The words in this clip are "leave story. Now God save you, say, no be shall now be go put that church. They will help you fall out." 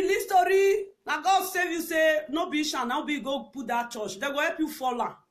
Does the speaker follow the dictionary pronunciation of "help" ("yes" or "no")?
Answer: no